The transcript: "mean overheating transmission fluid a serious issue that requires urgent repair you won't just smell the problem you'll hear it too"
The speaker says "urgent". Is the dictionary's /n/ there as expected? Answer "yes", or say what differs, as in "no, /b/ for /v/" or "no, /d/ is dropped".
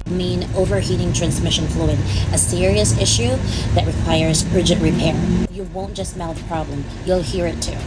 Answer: no, /n/ is dropped